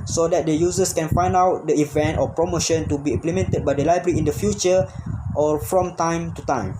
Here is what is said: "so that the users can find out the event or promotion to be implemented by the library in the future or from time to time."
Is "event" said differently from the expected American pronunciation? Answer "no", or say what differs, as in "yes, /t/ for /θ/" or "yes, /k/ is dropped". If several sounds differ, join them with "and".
no